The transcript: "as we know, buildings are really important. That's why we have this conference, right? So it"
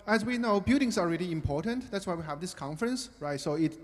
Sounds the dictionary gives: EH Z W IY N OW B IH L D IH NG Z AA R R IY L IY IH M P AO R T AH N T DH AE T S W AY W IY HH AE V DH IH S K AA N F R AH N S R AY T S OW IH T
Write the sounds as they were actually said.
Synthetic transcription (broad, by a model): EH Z W IY N OW B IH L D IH NG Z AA L R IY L IY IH M P AO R T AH N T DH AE T S W AY W IY HH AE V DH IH S K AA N F R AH N S R AY T S OW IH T